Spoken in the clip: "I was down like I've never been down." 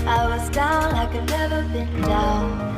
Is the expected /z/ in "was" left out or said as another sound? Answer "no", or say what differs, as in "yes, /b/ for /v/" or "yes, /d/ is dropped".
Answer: no